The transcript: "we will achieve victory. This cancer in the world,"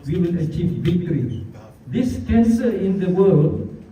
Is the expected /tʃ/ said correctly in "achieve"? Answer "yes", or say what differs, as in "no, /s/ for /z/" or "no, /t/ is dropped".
yes